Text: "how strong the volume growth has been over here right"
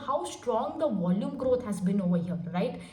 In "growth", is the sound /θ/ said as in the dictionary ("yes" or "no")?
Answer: no